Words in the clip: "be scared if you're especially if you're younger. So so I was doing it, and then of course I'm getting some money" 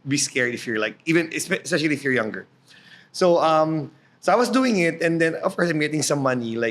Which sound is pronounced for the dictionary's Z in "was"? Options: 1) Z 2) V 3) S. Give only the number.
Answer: 3